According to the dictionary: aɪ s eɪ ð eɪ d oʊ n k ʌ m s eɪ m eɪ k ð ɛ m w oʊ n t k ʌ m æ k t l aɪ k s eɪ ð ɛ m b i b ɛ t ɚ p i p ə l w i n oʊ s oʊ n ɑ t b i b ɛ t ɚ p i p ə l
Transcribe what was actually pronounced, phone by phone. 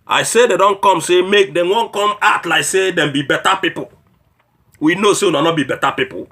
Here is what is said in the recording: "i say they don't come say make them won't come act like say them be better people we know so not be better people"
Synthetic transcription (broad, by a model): aɪ s eɪ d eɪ d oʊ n k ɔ m s eɪ m eɪ k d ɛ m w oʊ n k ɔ m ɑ t l aɪ k s eɪ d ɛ m b i b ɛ t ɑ p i p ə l w i n oʊ s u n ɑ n b i b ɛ t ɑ p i p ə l